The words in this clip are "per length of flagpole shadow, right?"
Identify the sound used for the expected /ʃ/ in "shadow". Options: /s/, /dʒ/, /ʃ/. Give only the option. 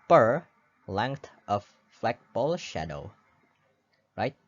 /ʃ/